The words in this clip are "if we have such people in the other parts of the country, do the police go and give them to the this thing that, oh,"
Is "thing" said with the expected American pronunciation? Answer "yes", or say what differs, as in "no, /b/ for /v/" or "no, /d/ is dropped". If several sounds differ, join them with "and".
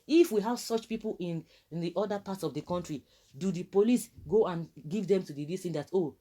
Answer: no, /t/ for /θ/